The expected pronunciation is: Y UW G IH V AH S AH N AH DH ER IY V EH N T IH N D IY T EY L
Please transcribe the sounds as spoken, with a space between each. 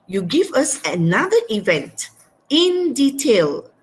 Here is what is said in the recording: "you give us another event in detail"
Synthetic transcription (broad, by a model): Y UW G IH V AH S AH N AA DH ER IY V EH N T IH N D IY T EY L